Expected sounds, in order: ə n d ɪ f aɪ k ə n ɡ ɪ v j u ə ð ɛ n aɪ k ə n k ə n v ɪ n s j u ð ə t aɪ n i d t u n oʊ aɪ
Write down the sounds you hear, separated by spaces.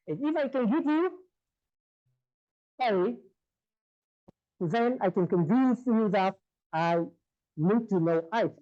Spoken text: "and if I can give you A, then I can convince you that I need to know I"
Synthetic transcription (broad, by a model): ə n ɪ f aɪ k ə n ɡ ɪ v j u ə ð ɛ n aɪ k ə n k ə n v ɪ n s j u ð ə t aɪ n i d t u n oʊ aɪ